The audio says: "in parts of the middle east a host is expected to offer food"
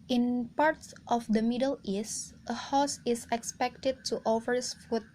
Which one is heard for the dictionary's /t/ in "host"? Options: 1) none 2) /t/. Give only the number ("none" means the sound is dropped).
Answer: 1